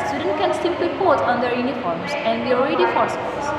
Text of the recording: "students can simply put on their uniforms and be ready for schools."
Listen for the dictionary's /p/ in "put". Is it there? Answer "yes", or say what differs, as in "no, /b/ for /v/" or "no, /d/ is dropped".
no, /b/ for /p/